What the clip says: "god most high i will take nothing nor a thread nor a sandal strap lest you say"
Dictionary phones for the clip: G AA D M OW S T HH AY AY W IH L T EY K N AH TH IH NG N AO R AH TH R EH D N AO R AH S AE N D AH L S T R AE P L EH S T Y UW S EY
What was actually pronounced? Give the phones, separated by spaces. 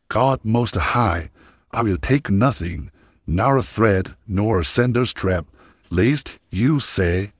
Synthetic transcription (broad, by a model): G AA D M OW S T HH AY AY W IH L T EY K N AH TH IH NG N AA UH AH TH R EH D N AO R AH S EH N D AH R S T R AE P L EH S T Y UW S EY